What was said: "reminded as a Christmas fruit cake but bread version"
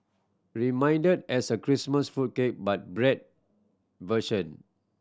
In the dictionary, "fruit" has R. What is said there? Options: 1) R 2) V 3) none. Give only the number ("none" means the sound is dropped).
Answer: 3